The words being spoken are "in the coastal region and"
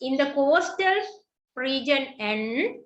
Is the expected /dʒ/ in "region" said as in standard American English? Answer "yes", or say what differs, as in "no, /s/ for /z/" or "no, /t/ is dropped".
yes